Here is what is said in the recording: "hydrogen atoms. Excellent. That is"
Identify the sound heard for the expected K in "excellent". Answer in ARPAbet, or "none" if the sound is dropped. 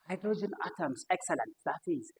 K